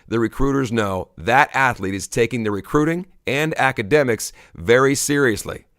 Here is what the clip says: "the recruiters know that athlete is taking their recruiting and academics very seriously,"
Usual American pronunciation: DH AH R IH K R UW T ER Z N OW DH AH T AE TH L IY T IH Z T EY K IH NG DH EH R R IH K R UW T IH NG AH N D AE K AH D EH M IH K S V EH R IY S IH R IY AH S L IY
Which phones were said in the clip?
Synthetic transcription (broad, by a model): DH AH R IH K R UW T ER Z N OW DH AH T AE TH L IY T IH Z T EY K IH NG DH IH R R IH K R UW T IH NG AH N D AE K AH D EH M IH K S V EH R IY S IH R IY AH S L IY